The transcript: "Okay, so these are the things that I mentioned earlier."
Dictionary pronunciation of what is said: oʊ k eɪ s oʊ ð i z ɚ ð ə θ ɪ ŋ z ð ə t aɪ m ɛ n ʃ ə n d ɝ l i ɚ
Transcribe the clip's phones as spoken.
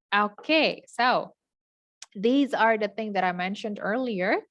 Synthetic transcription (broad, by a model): oʊ k eɪ s oʊ ð i z ɚ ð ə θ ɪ ŋ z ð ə t aɪ m ɛ n ʃ ə n d ɝ l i ɚ